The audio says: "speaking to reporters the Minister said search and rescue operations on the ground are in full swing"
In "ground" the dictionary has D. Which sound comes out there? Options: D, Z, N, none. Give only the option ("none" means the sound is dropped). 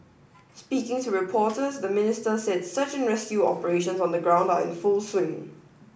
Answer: D